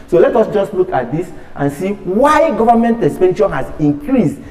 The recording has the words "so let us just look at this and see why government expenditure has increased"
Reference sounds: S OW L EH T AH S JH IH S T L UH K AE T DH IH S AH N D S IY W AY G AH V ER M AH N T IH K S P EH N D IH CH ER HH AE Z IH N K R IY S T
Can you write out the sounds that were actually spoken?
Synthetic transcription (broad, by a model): S OW L EH T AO S JH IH S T L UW K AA T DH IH S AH N S IY W AY G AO V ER M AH N T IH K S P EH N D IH SH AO HH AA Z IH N K R IY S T